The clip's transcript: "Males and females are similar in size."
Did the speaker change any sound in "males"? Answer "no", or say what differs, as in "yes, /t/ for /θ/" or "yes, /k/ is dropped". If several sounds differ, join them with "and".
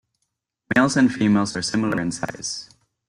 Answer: no